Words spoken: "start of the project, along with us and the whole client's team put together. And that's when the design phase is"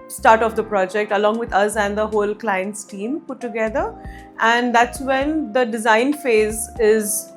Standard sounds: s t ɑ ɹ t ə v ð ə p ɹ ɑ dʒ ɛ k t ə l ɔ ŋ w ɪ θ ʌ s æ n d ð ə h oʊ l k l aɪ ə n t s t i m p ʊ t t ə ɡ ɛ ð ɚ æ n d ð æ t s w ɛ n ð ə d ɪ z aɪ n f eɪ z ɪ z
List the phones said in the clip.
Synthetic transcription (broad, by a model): s t ɑ ɹ t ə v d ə p ɹ ɑ dʒ ɛ k t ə l ɔ ŋ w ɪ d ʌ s æ n d ə h oʊ l k l aɪ ə n t s t i m p ʊ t t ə ɡ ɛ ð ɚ æ n d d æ t s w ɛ n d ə d ɪ z aɪ n f eɪ z ɪ z